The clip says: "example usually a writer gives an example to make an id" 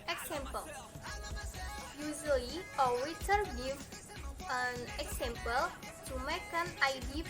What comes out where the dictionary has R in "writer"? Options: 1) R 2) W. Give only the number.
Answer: 2